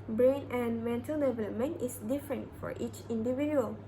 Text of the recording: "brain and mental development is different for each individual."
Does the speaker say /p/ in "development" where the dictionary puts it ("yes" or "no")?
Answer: no